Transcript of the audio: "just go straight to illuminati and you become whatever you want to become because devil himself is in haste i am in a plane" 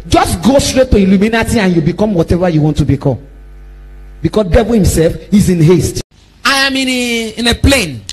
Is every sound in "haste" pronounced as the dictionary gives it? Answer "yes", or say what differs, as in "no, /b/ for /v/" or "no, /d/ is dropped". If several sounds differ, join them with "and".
yes